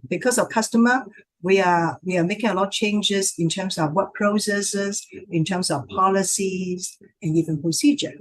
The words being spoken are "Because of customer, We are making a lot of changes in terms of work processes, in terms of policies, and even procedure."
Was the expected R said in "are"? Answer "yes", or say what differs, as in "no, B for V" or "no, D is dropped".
no, W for R